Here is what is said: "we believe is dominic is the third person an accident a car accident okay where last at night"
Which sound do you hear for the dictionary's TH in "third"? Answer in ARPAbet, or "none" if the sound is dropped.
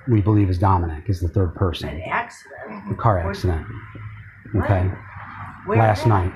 TH